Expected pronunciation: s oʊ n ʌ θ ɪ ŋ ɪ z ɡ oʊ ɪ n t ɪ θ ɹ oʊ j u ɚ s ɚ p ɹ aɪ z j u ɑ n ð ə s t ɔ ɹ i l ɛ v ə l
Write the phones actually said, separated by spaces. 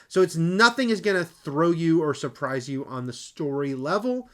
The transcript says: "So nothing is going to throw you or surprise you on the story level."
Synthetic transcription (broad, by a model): s oʊ n ʌ θ ɪ ŋ ɪ z ɡ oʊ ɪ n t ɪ θ ɹ oʊ j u ɚ s ɚ p ɹ aɪ z j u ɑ n ð ə s t ɔ ɹ i l ɛ v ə l